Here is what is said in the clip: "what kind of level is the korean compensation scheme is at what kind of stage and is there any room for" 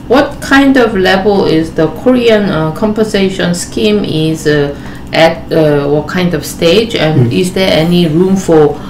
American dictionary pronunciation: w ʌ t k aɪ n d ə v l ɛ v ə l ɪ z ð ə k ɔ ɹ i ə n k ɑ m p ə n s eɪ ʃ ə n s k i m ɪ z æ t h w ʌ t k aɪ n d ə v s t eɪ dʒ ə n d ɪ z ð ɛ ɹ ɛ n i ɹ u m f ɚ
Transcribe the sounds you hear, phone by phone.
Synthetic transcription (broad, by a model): w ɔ t k aɪ n d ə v l ɛ v ə l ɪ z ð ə k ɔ ɹ i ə n k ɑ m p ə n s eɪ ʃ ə n s k i m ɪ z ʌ t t w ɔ t k aɪ n d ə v s t eɪ dʒ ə n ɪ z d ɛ ɛ n i ɹ u m f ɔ